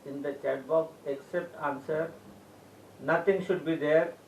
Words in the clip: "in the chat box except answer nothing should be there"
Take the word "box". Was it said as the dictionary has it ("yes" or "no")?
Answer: no